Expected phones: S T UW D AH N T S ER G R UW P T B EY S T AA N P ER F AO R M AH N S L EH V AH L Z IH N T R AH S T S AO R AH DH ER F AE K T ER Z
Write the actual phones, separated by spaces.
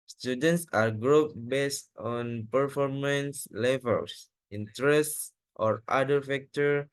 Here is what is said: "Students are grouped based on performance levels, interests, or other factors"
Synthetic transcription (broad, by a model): S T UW D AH N T S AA G R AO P B EY S T AA N P ER F AO R M AH N S L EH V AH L S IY N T R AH S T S AO R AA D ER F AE K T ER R